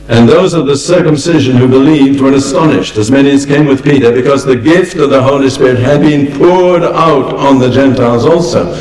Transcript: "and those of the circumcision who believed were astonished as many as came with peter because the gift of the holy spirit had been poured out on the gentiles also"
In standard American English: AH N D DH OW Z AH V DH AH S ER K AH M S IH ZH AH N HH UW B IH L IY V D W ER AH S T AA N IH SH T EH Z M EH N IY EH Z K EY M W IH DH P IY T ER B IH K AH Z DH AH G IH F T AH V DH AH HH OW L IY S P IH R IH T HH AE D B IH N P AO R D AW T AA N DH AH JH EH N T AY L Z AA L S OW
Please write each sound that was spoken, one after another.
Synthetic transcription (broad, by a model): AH N DH OW Z AH V DH AH S ER K AH M S IH ZH AH N HH UW B IH L IY V D W ER AH S T AA N IH SH T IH Z M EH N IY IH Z K EY M W IH DH P IY T ER B IH K AH Z DH AH G IH F T AH V DH AH HH OW L IY S P IH R IH T HH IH D B IH N P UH R D AW T N DH AH JH EH N T AY L Z AA L S OW